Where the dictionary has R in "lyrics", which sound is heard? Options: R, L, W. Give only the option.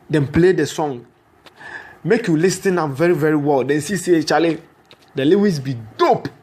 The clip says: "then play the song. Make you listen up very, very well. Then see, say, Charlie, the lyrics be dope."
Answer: W